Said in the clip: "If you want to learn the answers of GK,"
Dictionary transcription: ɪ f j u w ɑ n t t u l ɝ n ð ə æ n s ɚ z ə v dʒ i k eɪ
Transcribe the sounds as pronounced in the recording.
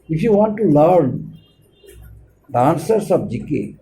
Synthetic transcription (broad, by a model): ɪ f j u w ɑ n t t u l ɝ n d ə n s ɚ s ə b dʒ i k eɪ